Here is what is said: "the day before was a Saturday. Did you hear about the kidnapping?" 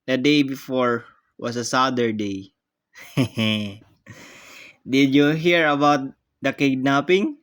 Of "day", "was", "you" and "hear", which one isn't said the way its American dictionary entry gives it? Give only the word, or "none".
was